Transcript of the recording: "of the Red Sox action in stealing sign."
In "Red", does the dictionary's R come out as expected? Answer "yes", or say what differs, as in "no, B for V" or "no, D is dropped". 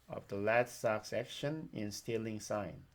no, L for R